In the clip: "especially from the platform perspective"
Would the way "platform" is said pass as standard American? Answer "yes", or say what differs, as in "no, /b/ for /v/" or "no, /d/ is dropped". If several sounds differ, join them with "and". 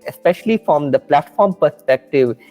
yes